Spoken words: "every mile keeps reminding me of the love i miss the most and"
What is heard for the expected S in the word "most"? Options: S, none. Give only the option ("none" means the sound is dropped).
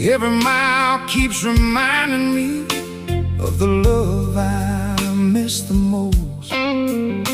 none